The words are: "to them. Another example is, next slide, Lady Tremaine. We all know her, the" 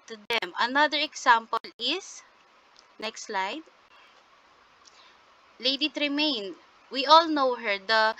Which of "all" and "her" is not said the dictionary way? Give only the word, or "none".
none